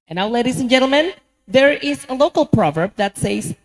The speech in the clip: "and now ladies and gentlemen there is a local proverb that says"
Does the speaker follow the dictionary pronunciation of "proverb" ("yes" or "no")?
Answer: yes